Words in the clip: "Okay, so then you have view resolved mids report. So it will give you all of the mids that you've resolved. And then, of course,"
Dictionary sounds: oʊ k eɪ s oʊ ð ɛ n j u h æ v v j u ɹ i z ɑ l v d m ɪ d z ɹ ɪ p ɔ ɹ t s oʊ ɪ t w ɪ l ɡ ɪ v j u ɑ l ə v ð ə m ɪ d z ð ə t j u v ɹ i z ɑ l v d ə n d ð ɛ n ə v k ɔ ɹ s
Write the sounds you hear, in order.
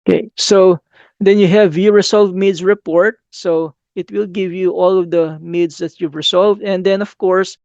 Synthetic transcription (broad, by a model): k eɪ s oʊ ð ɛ n j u h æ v v j u ɹ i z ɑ l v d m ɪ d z ɹ ɪ p ɔ ɹ t s oʊ ɪ t w ɪ l ɡ ɪ v j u ɑ l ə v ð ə m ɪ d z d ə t j u v ɹ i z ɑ l v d ə n d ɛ n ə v k ɔ ɹ s